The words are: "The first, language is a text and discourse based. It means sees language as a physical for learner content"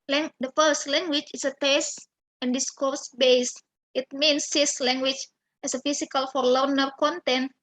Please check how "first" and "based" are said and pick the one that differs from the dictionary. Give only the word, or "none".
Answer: none